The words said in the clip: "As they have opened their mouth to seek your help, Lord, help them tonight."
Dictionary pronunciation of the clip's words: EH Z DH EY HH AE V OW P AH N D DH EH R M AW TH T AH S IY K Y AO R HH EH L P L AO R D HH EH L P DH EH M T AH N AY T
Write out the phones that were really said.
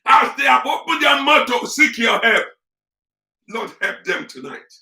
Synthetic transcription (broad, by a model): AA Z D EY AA P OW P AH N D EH M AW T AH S IY K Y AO HH EH L P L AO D HH EH L P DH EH M T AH N AY T